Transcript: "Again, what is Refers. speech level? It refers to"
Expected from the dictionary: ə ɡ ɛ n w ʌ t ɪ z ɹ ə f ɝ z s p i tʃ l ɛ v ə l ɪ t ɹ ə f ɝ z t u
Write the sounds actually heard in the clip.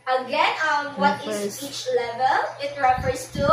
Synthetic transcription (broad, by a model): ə ɡ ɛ n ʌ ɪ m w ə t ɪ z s i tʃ l ɛ v ə l ɪ t ɹ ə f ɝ s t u